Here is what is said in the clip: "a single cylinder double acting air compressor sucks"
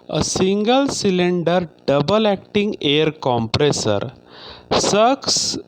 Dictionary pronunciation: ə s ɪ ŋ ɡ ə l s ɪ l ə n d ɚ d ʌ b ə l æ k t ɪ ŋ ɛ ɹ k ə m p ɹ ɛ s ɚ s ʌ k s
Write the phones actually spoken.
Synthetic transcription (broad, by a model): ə s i ŋ ɡ ə l s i l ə n d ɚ d ʌ b ə l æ k t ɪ ŋ ɛ ɹ k ə m p ɹ ɛ s ɚ s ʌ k s